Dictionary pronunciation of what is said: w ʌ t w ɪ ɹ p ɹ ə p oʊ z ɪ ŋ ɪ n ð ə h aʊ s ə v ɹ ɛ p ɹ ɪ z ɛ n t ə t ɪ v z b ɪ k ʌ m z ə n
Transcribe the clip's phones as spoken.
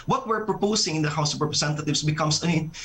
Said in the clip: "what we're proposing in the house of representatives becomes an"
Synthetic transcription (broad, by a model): w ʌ t w ɪ ɹ p ɹ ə p oʊ s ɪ ŋ ɪ n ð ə h aʊ s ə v ɹ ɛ p ɹ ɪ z ɛ n t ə t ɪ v s b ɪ k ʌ m s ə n